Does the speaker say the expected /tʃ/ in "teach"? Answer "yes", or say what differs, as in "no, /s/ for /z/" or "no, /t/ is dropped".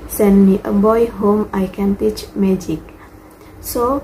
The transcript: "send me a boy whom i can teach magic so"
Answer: yes